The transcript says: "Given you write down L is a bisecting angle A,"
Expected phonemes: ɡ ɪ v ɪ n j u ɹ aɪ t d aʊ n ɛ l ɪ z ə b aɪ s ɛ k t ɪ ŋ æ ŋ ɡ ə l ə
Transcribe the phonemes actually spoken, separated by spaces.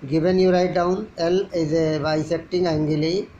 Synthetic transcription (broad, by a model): ɡ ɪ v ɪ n j u ɹ aɪ t d aʊ n ɛ l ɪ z ə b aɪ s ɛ t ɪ ŋ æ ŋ ɡ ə l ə